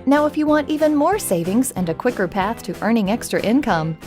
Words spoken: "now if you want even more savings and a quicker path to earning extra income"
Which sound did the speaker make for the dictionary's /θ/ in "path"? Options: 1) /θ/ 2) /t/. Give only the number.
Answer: 1